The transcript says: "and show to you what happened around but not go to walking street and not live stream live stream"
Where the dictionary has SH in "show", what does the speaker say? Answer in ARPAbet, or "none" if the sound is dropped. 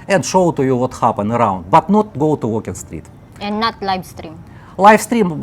SH